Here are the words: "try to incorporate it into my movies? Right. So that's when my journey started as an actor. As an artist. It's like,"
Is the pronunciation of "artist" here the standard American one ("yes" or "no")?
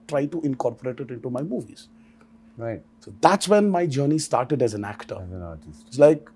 no